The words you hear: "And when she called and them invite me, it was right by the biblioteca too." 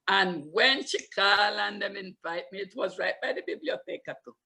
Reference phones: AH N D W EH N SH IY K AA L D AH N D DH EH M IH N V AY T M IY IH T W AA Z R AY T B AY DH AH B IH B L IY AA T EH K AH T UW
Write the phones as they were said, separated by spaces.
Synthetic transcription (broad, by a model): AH N W EH N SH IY K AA L AH N D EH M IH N F AY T M IY IH T W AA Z R AY T B AY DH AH B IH B L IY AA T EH K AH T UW